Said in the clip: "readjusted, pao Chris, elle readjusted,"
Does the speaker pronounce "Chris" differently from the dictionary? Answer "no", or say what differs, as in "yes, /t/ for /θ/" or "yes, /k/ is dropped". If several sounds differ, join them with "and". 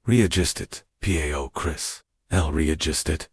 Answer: no